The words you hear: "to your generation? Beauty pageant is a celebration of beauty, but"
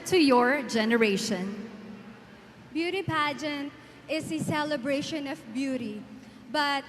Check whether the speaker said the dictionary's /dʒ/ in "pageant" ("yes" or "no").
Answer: yes